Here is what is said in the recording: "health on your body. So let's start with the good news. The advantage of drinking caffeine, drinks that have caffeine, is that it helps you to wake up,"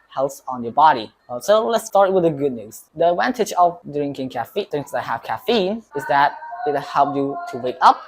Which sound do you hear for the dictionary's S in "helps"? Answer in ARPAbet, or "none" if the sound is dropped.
none